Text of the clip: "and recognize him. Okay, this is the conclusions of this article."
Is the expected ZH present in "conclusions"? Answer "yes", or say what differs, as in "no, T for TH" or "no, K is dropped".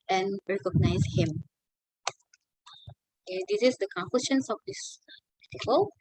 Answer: no, SH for ZH